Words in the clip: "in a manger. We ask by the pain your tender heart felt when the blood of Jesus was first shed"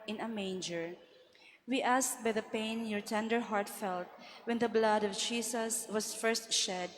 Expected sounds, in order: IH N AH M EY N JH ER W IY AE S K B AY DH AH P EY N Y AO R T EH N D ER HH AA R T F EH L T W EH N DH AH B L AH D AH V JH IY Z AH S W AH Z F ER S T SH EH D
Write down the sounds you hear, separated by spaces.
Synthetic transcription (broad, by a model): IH N AH M EY N JH ER W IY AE S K B AY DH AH P EY N Y AO R T EH N D ER HH AA R T F EH L T W EH N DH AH B L AH D AH V JH IY S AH S W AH S F ER S T SH EH D